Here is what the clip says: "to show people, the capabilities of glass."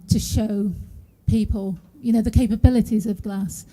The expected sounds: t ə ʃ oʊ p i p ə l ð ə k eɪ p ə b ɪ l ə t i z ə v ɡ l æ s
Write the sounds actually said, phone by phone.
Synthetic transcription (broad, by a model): t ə ʃ oʊ p i p ə l ð ə k eɪ p ə b ɪ l ə t i z ə v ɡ l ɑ s